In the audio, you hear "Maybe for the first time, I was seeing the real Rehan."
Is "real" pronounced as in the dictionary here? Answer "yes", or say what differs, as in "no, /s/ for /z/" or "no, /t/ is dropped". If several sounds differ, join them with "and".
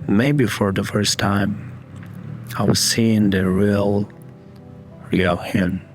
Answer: yes